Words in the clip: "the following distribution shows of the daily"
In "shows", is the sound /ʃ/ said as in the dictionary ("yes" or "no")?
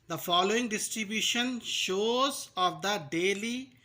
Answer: yes